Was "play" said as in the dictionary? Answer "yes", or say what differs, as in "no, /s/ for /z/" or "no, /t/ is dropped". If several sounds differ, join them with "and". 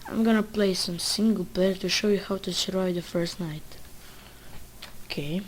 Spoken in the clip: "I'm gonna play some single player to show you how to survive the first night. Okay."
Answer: yes